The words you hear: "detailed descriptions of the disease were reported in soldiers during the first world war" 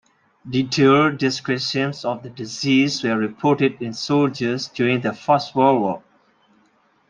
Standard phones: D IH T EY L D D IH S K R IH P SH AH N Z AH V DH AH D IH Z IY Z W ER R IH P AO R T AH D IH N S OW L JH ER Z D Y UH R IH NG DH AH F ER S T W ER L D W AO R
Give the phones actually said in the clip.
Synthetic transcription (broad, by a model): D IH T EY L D D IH S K R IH SH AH N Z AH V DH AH D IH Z IY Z W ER R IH P AO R T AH D IH N S OW L JH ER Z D Y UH R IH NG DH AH F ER S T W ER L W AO